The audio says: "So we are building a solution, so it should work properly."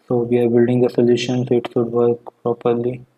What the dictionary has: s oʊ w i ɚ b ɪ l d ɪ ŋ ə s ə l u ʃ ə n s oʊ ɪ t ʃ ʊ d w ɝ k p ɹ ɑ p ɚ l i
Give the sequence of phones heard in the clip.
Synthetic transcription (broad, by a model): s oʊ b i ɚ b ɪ l d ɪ ŋ ə s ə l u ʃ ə n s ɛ ɪ t s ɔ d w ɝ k p ɹ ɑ p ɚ l i